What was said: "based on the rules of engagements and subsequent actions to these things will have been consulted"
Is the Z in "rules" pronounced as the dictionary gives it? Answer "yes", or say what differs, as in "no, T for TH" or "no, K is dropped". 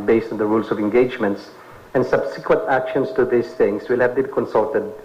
no, S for Z